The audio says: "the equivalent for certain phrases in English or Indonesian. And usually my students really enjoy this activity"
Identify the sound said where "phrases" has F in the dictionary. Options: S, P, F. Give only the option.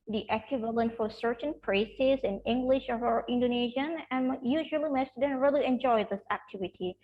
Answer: P